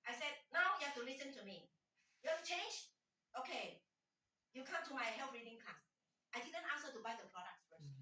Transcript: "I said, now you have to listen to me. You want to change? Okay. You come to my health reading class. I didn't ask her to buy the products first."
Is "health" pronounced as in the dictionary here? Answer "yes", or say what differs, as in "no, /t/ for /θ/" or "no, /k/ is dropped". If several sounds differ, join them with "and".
no, /f/ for /θ/